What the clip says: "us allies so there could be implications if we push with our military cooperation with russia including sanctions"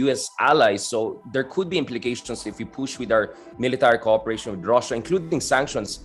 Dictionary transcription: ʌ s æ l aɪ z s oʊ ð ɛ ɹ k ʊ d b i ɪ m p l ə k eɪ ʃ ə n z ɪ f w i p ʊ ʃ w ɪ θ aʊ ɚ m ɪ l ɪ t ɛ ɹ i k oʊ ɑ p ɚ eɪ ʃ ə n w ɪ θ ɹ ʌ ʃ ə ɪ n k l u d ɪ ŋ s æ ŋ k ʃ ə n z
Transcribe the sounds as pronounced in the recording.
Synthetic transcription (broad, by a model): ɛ s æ l aɪ s oʊ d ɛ ɹ k ʊ d b i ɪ m p l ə k eɪ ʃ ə n s ɪ f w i p ʊ ʃ w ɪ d aʊ ɚ m ɪ l ɪ t ɛ ɹ i k oʊ ɑ p ɚ eɪ ʃ ə n w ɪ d ɹ ʌ ʃ ə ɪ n k l u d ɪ ŋ s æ ŋ k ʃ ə n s